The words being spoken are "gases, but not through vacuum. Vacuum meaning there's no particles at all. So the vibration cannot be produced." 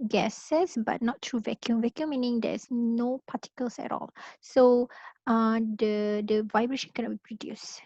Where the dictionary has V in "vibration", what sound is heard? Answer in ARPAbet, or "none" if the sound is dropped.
V